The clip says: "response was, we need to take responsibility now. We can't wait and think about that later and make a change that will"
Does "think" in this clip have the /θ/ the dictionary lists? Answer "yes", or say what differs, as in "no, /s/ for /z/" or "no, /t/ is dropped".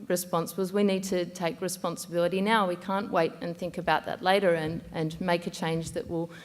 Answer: yes